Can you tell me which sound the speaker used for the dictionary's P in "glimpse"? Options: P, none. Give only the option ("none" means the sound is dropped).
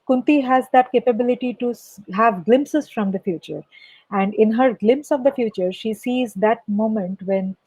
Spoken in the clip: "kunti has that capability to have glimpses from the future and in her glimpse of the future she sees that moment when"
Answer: P